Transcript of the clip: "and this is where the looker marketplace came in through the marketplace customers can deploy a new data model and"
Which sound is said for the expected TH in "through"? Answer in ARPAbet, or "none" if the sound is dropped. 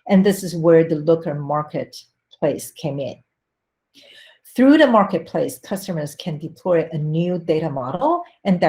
TH